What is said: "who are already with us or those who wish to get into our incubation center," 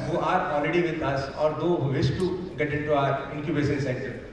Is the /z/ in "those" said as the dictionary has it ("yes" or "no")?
no